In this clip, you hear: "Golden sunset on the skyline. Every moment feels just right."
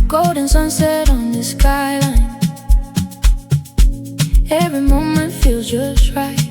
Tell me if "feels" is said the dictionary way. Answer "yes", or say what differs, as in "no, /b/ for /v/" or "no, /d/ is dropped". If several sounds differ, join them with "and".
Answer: yes